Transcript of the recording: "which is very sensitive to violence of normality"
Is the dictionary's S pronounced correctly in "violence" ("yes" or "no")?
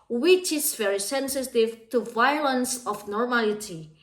yes